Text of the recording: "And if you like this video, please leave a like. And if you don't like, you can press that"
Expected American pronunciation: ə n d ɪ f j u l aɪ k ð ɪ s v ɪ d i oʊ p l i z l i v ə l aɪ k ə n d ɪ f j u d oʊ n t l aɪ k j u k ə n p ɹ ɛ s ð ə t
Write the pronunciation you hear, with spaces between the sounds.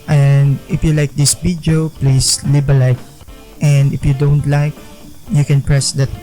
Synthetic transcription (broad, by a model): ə n d ɪ f j u l aɪ k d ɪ s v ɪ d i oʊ p l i s l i b ə l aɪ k ə n d ɪ f j u d oʊ n t l aɪ k j u k ə n p ɹ ɛ s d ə t